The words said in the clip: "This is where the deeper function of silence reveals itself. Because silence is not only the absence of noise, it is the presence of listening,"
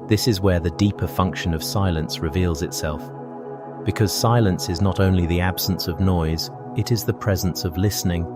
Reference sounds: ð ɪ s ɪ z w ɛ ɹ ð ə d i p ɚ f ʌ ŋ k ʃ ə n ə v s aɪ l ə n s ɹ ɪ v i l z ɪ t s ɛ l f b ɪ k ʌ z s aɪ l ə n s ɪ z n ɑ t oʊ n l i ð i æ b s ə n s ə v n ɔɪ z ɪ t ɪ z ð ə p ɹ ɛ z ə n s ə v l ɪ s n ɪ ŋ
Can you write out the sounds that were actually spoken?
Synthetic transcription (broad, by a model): ð ɪ s ɪ z w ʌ ɹ ð ə d i p ɚ f ʌ ŋ k ʃ ə n ə v s aɪ l ə n s ɹ ɪ v i l z ɪ t s ɛ l f b ɪ k ʌ z s aɪ l ə n s ɪ z n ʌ t oʊ n l i ð i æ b s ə n s ə v n ɔɪ z ɪ t ɪ z ð ə p ɹ ɛ z ə n s ə v l ɪ s n ɪ ŋ